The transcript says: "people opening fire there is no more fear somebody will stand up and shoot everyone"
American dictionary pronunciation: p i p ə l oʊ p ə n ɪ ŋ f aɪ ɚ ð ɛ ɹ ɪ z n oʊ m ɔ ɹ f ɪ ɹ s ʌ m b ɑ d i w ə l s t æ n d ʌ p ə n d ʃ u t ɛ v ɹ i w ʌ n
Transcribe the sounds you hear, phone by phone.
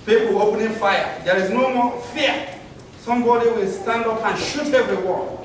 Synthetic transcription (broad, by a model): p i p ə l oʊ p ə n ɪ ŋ f aɪ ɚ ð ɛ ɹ ɪ z n oʊ m ɔ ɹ f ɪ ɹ s ʌ m b ɑ d i w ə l s t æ n d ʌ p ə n ʃ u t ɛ v ɹ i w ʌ